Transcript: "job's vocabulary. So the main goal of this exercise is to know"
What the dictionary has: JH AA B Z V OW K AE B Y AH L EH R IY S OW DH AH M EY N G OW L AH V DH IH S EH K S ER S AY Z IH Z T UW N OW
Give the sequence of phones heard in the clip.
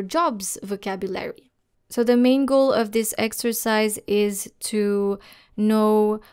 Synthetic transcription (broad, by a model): JH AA B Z V OW K AE B Y AH L EH R IY S OW DH AH M EY N G OW L AH V DH IH S EH K S ER S AY Z IH Z T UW N OW